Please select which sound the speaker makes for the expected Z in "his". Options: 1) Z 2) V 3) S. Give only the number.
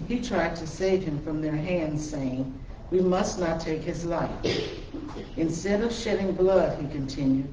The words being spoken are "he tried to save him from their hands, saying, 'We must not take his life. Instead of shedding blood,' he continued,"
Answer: 1